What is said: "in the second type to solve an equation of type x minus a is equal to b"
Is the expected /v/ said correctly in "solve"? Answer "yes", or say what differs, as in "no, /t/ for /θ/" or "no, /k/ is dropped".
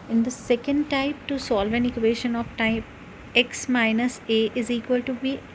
yes